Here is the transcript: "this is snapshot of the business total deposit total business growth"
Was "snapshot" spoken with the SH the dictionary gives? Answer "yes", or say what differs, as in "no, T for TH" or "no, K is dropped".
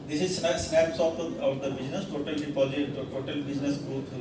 no, S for SH